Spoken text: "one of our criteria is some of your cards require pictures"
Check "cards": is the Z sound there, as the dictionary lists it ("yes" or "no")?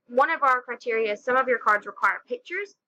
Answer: yes